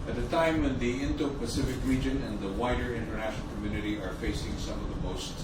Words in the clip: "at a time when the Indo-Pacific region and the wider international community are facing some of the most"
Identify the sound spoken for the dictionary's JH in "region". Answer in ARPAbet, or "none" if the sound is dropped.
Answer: JH